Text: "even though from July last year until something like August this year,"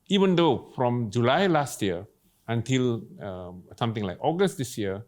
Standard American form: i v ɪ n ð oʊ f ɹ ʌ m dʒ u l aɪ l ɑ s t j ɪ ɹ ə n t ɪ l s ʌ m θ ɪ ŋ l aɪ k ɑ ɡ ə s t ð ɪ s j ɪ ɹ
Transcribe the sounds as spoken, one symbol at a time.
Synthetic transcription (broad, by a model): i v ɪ n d oʊ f ɹ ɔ m dʒ u l aɪ l ɑ s t j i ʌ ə n t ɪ l s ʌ m t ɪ ŋ l aɪ k ɑ ɡ ə s t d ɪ s j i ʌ